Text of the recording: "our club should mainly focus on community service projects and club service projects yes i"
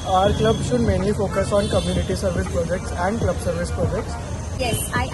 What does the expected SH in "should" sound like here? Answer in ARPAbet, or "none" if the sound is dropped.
SH